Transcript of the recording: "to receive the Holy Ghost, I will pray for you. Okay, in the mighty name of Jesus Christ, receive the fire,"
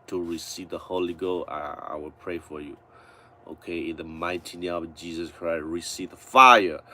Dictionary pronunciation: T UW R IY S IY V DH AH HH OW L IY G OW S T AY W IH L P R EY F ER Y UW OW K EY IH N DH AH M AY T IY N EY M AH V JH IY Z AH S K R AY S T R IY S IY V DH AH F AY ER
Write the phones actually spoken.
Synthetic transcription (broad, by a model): T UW R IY S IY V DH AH HH OW L IY G OW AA AY W IH L P R EY F ER Y UW OW K EY IH N DH AH M AY T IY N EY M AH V JH IY Z AH S K R AY S T R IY S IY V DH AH F AY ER